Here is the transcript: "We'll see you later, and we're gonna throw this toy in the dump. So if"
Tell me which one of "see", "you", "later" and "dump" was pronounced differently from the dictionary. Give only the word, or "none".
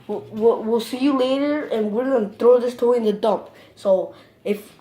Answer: dump